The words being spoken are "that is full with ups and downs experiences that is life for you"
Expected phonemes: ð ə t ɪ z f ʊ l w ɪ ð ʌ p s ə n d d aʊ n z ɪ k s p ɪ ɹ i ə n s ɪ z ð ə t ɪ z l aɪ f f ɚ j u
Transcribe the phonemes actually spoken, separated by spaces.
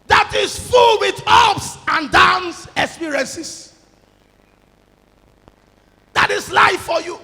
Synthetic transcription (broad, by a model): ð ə t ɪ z f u l w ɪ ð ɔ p s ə n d d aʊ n s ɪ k s p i ɹ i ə n s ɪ s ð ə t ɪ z l aɪ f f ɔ j u